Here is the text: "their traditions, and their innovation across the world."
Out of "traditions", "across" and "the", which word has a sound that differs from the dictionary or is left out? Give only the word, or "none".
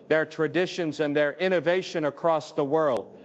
none